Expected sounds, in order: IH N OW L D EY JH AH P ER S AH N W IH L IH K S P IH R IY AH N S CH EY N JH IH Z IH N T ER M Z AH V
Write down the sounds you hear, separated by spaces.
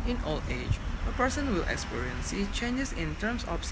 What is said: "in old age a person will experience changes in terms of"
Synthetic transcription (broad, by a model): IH N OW L EY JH AH P ER S AH N W IH L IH K S P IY R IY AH N S CH EY N JH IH S IH N T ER M S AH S